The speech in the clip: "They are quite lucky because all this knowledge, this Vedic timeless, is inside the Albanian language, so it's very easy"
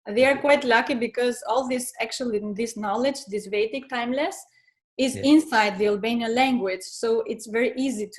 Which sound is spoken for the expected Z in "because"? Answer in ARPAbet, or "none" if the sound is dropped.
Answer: Z